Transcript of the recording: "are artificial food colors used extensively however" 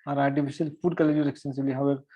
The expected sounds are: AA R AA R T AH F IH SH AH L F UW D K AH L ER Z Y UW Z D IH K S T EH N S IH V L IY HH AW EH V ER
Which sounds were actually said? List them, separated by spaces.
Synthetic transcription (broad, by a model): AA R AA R T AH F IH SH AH L F UW D K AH L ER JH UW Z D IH K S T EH N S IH B L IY HH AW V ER